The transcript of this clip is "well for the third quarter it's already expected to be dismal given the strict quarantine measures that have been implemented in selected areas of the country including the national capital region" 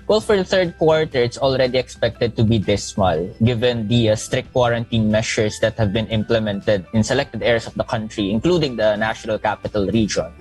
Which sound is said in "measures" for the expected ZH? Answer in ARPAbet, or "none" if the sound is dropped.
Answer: SH